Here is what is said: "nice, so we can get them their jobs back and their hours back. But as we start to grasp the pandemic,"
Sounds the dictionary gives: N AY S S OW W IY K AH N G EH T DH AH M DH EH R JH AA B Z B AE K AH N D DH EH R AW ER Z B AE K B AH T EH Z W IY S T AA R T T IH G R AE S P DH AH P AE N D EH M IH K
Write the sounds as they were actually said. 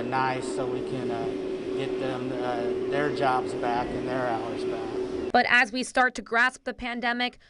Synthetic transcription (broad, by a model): N AY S S OW W IY K AH N G EH T DH AH M DH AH R JH AA B Z B AE K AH N DH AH R AW ER Z B AE K B AH T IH Z W IY S T AA R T T IH G R AE S P DH AH P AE N D EH M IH K